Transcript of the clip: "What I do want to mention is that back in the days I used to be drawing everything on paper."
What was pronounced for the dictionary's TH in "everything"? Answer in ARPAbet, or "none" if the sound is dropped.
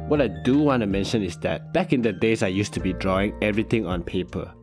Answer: T